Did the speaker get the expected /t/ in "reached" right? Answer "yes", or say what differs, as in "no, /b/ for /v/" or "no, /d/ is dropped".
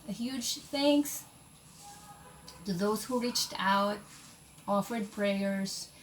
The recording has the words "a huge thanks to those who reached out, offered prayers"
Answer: yes